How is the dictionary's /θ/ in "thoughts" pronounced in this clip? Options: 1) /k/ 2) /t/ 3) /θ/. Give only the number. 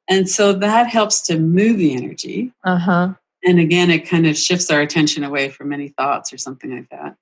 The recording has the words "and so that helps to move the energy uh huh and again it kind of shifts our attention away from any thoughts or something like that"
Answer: 3